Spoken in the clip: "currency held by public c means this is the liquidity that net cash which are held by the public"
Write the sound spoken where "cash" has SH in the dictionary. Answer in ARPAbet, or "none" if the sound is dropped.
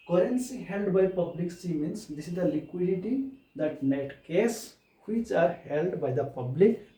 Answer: S